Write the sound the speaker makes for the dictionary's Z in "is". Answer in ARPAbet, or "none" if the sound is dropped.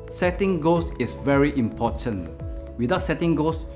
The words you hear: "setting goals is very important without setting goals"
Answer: S